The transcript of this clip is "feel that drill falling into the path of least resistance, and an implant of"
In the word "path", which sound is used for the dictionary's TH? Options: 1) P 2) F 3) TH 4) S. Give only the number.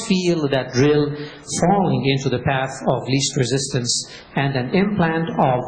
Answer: 3